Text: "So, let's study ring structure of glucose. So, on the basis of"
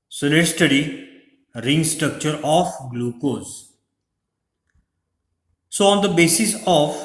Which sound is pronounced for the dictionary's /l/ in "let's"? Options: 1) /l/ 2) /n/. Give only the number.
2